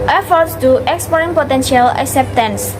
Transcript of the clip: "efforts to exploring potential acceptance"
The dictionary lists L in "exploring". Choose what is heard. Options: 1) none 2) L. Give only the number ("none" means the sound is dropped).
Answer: 1